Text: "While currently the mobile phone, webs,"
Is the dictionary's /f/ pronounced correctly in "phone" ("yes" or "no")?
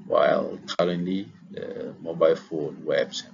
yes